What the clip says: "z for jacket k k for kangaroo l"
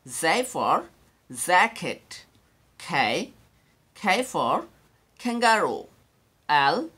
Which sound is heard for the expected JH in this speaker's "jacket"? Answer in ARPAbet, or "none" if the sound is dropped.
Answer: Z